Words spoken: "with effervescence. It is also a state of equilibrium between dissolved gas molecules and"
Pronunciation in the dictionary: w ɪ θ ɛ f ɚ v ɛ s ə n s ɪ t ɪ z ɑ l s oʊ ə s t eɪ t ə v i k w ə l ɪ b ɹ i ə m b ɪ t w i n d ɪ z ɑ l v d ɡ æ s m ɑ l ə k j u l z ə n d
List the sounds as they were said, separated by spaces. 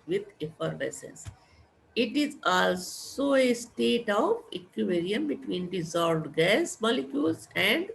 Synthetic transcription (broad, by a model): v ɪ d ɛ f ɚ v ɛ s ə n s ɪ t ɪ z ɑ l s oʊ ə s t eɪ t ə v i k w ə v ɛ ɹ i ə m b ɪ t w i n d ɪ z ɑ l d ɡ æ s m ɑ l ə k j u l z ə n d